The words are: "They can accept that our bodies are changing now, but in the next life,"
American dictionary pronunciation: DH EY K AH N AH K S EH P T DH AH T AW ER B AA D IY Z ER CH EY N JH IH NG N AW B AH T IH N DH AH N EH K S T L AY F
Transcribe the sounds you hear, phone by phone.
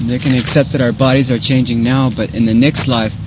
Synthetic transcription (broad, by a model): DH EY K AH N AH K S EH P T DH AH T AW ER B AA D IY Z ER CH EY N JH IH NG N AW B AH T IH N DH AH N EH K S T L AY F